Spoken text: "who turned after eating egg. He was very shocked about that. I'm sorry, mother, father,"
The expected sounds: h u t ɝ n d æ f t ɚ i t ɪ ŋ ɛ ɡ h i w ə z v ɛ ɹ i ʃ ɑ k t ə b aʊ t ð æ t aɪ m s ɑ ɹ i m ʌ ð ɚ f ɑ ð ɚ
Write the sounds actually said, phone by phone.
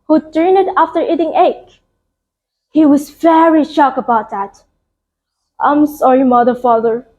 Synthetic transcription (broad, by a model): h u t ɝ n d æ f t ɚ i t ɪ ŋ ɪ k h i w ə z v ɛ ɹ i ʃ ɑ k ə b aʊ t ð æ t aɪ m s ɑ ɹ i m ʌ ð ɚ f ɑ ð ɚ